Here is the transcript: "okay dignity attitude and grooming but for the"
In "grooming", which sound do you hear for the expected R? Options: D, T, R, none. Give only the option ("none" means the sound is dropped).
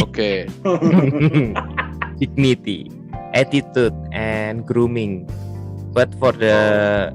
R